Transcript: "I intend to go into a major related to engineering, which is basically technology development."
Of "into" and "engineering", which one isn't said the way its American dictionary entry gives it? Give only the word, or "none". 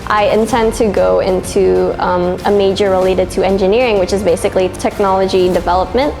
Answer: none